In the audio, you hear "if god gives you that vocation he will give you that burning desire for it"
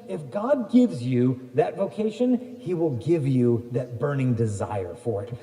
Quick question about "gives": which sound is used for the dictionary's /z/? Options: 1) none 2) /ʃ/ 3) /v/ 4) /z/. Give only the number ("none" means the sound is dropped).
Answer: 4